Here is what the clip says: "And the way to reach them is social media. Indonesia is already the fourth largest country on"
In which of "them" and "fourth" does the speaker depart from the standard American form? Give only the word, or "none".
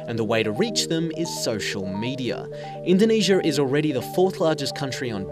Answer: none